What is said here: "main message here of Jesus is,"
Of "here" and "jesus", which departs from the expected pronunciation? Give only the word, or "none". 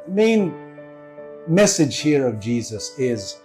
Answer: none